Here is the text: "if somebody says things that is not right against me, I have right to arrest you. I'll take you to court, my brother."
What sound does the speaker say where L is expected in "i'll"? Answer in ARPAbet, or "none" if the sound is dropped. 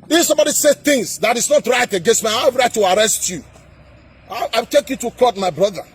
W